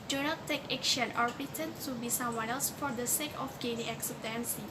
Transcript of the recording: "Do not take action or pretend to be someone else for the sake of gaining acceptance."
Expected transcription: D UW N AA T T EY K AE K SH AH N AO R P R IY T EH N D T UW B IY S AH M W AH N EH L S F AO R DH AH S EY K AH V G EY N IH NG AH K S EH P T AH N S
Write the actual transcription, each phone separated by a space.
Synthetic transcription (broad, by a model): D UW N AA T T EY K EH K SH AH N AO R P IY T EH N T UW B IY S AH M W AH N EH L S F AO R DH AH S EY K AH F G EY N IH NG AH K S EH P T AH N S